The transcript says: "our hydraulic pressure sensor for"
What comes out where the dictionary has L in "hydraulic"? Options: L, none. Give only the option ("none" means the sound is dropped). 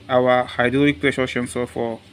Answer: none